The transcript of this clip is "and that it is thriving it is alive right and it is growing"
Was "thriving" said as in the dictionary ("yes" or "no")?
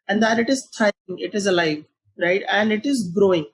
no